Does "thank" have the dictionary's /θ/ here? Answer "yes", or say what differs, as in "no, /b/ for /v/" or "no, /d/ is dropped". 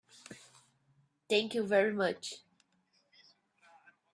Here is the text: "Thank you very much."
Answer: no, /t/ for /θ/